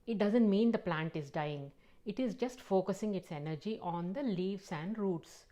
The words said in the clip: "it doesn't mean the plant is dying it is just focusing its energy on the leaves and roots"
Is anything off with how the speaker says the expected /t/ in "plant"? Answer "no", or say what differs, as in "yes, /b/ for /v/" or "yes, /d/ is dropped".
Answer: no